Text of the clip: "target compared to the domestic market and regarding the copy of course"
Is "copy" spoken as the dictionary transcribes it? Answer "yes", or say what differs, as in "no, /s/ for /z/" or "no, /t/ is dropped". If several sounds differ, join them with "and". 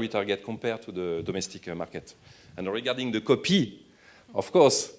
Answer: yes